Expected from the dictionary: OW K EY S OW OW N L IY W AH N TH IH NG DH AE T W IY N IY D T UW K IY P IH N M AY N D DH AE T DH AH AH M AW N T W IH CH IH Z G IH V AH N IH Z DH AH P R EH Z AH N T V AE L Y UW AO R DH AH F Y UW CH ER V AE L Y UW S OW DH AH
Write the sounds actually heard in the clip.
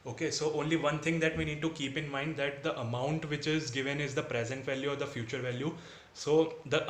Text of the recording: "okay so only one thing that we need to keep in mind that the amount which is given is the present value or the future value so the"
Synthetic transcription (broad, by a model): OW K EY S OW OW N L IY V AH N T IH NG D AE T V IY N IY D T UW K IY P IH N M AY N D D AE T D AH AH M AW N T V IH CH IH Z G IH V AH N IH Z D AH P R EH Z AH N T V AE L Y UW AO R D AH F Y UW CH ER V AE L Y UW S OW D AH